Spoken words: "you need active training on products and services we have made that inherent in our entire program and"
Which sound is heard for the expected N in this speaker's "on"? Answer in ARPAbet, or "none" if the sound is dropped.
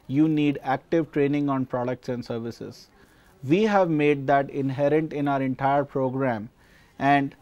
N